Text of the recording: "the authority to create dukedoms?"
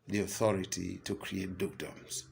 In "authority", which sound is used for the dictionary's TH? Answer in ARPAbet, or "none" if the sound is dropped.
TH